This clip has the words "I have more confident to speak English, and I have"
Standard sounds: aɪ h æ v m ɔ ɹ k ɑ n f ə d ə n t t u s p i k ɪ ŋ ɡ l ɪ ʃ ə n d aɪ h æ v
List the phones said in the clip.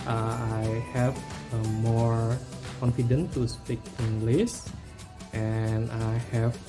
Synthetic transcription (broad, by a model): aɪ h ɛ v m ɔ ɹ k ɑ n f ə d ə n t t u s p i k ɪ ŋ ɡ l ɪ s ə n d aɪ h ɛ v